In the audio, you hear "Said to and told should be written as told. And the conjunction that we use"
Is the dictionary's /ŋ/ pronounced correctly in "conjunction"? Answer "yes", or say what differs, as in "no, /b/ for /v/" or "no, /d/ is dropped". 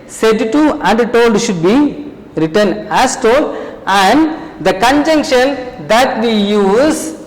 yes